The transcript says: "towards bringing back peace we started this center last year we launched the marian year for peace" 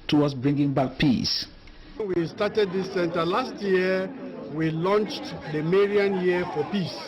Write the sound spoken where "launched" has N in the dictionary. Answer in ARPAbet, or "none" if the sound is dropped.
N